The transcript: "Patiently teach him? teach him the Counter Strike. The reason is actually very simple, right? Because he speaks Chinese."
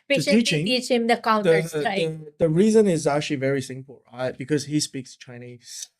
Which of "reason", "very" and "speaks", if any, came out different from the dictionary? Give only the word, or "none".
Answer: none